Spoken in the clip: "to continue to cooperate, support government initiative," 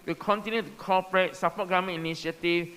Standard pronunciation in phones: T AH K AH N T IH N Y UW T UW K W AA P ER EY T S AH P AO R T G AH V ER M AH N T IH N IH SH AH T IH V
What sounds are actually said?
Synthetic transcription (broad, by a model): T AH K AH N T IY N Y UW T UW K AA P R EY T S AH P AO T G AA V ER M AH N IH N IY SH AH T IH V